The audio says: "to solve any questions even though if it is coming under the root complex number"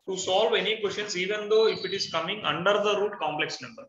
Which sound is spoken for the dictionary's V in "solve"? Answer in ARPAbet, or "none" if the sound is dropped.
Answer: V